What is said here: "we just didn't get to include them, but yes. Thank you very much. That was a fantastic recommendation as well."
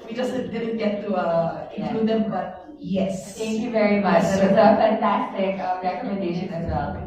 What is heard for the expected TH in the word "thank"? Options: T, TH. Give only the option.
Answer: T